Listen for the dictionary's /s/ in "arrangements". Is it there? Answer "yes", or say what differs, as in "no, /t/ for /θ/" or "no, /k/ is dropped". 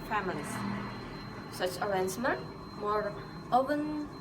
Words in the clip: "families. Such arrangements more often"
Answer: no, /s/ is dropped